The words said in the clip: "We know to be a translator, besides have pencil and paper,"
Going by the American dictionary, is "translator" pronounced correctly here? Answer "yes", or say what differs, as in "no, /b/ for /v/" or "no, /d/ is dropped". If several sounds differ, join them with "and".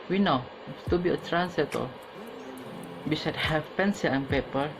no, /l/ is dropped